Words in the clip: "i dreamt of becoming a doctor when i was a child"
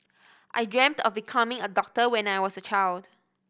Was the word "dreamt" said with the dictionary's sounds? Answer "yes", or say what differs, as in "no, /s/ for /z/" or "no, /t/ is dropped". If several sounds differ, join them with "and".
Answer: yes